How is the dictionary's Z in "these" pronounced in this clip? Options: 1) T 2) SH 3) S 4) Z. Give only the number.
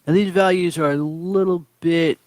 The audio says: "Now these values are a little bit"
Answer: 4